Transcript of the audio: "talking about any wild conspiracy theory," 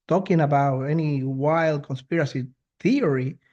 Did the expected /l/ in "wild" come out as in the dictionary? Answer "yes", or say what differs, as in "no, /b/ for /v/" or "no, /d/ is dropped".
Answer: yes